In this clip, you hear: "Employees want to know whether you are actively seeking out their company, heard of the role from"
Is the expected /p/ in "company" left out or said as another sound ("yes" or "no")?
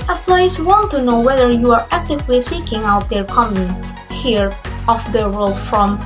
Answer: yes